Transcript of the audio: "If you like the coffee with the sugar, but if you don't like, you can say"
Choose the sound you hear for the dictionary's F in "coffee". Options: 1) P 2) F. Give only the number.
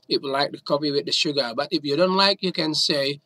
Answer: 1